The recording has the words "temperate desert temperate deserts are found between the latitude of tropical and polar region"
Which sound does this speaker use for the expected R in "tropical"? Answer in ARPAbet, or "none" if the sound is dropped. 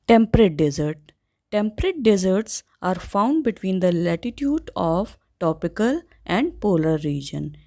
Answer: none